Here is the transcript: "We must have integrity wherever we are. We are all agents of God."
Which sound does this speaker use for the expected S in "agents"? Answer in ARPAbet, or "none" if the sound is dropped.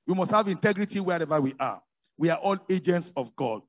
S